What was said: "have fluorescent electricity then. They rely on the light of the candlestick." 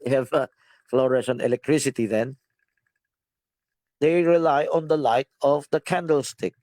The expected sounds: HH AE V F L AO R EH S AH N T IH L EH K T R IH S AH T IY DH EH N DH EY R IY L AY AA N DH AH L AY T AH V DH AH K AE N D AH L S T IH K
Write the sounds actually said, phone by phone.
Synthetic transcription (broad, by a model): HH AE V F L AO R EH SH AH N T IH L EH K T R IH S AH T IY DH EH N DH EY R IY L AY AA N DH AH L AY T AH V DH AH K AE N D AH L S T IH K